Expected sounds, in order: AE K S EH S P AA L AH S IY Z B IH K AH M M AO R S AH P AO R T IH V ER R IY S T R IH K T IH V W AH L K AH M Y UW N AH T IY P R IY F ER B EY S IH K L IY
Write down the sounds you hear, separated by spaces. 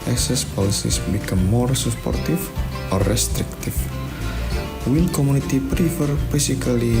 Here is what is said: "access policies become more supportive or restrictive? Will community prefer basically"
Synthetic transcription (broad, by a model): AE K S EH S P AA L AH S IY S B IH K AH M M AO R S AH P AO R T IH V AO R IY S T R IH K T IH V W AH N K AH M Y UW N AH T IY P R IY F ER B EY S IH K L IY